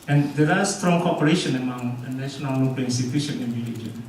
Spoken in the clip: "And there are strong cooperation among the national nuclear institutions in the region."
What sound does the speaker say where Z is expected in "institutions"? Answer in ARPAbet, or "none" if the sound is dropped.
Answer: none